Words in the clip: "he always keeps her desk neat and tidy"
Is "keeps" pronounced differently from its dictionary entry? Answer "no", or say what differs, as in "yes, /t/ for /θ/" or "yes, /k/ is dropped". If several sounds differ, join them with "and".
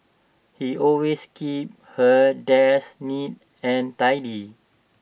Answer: yes, /s/ is dropped